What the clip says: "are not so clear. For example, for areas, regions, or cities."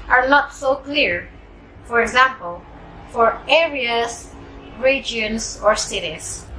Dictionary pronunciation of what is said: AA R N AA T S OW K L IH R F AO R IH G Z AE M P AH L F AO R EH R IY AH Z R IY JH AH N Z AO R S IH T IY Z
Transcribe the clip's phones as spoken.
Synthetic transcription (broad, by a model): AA R N AA T S OW K L IH R F AO R IH G Z AE M P AH L F AO R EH R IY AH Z R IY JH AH N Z AO R S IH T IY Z